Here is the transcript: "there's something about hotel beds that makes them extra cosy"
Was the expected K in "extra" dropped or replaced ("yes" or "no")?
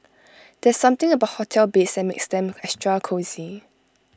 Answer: yes